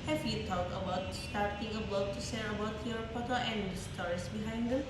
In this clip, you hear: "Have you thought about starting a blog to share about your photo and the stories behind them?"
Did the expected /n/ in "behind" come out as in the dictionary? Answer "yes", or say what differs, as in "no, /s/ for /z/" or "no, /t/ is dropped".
yes